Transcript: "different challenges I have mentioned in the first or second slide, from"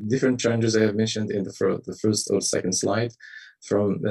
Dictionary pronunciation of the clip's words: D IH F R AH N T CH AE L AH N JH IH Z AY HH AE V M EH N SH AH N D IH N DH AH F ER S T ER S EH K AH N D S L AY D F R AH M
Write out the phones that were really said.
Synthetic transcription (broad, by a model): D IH F R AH N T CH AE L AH N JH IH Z AY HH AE V M EH N SH AH N D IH N DH AH F ER S T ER S EH K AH N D S L AY D F R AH M